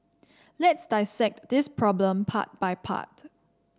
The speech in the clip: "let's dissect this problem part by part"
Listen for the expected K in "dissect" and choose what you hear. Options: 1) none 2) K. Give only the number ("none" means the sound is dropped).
2